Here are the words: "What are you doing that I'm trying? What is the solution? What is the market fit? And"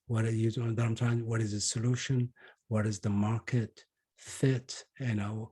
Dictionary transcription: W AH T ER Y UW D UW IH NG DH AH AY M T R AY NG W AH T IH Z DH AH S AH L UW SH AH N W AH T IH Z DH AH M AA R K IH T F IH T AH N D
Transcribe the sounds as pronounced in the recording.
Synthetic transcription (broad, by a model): W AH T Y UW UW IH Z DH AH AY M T AY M W AH T IH Z DH AH S AH L UW SH AH N W AH T IH Z DH AH M AA R K IH T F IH T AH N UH